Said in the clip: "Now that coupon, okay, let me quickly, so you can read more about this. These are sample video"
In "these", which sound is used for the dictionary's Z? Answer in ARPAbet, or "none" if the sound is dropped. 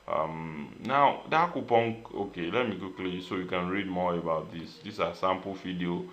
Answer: S